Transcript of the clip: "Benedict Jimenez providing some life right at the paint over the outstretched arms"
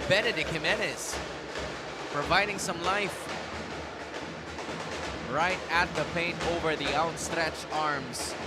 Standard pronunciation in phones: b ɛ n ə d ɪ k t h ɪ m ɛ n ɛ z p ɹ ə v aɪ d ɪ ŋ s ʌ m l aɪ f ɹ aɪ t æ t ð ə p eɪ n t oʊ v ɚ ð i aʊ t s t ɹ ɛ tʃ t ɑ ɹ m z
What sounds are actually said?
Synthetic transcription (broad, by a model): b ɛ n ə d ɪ k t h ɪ m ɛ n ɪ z p ɹ ə v aɪ d ɪ ŋ s ʌ m l aɪ f ɹ aɪ t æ t ð ə p eɪ n t oʊ v ɚ ð i aʊ t s t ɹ ɛ tʃ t ɑ ɹ m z